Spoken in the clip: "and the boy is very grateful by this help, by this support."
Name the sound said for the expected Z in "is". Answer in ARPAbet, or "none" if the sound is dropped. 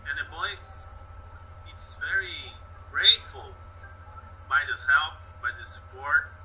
S